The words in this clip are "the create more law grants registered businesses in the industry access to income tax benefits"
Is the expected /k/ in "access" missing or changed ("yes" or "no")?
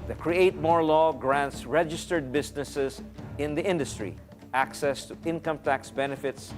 no